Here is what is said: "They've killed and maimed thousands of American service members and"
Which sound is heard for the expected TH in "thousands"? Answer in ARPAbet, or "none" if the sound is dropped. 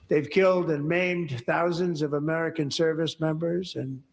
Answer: TH